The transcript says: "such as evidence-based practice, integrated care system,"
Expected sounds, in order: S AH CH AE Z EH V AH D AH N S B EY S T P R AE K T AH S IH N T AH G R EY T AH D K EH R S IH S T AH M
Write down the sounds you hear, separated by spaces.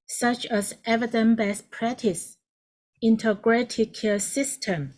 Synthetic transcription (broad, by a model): S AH CH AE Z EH V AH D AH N B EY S P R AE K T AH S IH N T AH G R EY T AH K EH S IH S T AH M